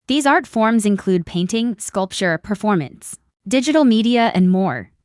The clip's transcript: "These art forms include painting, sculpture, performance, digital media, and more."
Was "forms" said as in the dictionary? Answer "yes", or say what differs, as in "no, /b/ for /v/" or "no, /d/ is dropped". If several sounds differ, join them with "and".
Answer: yes